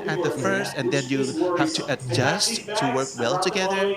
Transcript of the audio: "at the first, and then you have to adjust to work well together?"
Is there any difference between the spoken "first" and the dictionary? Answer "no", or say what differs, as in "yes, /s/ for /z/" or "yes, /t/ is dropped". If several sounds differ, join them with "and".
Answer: no